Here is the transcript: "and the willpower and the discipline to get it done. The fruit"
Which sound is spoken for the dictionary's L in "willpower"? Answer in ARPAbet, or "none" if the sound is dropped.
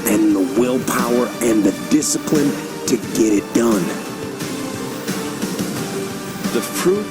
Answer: L